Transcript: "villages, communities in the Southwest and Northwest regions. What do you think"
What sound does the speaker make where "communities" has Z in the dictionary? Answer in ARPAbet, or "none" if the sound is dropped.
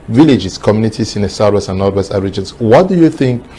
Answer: S